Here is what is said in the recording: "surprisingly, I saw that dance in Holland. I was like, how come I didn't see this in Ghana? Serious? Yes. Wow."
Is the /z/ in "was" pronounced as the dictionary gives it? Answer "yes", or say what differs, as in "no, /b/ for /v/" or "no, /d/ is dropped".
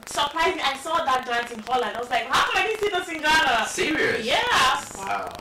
no, /s/ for /z/